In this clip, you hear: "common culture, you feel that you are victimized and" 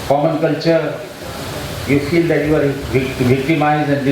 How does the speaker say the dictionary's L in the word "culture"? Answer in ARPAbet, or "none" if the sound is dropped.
L